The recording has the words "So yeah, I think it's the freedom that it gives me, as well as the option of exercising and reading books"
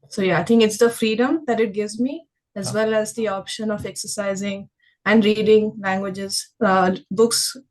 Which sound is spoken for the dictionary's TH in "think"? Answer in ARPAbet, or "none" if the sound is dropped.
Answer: T